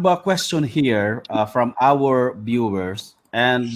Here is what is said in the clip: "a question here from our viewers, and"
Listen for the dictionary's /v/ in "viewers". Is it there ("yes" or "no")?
no